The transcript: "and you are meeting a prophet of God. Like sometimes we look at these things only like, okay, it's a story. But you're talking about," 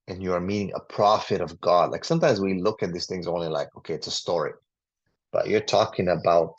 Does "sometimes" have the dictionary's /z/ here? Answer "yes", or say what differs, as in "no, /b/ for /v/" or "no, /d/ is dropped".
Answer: yes